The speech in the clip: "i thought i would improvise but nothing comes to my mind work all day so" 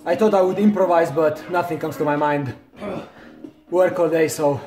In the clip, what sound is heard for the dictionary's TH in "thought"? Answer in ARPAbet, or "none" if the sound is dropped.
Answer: T